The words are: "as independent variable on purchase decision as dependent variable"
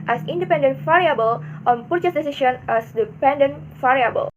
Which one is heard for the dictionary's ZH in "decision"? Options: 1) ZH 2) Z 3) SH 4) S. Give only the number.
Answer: 3